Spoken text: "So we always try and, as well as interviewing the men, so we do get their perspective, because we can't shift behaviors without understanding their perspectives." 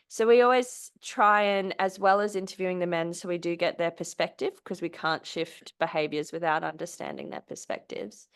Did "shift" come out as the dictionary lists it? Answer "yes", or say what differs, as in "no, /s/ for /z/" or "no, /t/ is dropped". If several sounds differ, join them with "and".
yes